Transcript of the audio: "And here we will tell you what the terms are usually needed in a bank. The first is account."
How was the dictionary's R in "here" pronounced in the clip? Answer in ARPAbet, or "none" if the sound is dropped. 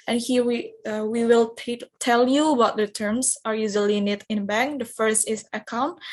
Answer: W